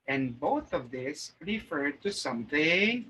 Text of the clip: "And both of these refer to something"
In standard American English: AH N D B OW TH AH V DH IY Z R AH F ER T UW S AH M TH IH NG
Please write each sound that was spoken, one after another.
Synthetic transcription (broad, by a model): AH N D B OW TH AH V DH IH S R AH F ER T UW S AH M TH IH NG